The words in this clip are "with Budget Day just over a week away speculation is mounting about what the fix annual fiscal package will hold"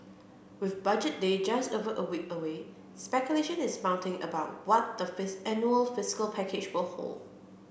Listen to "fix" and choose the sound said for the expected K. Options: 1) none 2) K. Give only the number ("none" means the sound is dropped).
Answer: 1